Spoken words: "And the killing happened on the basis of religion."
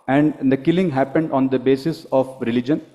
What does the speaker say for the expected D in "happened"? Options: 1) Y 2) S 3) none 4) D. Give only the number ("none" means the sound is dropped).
4